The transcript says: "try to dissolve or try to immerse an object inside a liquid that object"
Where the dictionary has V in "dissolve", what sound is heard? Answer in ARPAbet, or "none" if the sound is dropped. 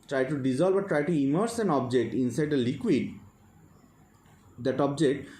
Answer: B